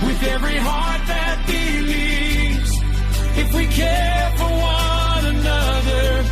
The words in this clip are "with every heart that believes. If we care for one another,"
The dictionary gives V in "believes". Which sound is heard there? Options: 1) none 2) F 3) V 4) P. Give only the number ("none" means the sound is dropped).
1